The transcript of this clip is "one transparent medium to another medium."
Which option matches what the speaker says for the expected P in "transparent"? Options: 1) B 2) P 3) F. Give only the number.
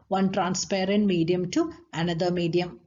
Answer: 2